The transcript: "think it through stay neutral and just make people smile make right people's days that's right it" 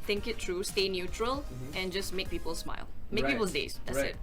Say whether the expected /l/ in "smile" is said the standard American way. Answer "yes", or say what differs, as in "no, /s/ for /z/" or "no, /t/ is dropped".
yes